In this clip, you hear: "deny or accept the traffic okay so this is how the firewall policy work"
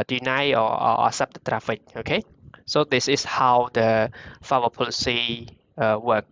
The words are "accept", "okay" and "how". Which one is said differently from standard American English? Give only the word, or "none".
accept